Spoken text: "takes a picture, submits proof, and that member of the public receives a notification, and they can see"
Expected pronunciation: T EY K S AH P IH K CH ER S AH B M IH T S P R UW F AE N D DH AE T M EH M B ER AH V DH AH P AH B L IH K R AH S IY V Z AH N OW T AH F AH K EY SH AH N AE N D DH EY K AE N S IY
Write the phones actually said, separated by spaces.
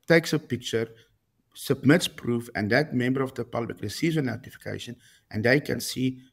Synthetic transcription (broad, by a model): T EY K S AH P IH K CH ER S AH B M IH T S P R UW F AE N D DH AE T M EH M B ER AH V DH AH P AH B L IH K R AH S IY Z AH N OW T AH F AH K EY SH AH N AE N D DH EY K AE N S IY